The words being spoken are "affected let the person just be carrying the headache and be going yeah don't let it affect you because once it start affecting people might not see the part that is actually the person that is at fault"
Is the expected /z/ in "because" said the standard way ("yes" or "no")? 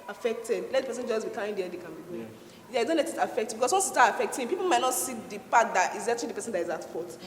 no